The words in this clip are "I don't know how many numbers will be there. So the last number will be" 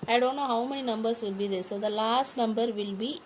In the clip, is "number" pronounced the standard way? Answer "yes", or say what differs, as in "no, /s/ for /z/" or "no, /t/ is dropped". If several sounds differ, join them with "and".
yes